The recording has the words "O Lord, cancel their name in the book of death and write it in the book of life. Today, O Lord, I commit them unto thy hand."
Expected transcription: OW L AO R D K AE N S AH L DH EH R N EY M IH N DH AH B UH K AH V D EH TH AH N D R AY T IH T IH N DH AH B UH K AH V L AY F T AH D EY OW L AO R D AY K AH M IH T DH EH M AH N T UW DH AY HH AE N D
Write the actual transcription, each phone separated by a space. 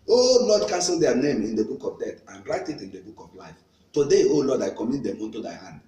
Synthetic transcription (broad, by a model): OW L AO D K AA N S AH L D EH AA N EY M IH N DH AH B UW K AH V D EH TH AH N R AY T IH T IH N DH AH B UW K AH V L AY F T AH D EY OW L AO D AY K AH M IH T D EH M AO N T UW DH AY HH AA N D